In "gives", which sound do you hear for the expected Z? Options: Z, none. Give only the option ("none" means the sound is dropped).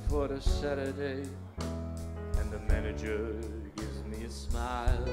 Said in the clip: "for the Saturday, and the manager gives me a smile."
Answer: Z